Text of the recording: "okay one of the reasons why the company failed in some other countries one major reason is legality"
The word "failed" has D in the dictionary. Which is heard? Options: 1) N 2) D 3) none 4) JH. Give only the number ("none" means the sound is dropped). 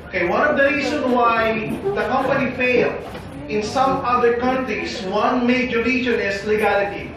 3